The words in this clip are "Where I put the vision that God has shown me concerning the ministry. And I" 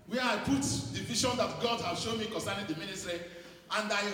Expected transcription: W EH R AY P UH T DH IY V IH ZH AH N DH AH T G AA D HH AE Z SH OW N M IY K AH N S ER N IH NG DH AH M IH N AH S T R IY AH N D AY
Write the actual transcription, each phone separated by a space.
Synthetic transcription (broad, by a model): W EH AY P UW T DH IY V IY SH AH N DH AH T G AA D HH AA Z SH OW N M IY K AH N S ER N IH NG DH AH M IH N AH S T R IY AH N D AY